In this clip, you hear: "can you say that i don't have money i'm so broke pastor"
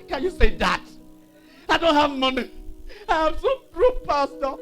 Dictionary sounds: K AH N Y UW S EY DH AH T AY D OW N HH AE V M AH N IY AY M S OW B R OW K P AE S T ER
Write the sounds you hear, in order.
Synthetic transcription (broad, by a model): K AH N Y UW S EY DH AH T AY D OW N HH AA V M AH N IY AY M S OW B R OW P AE S T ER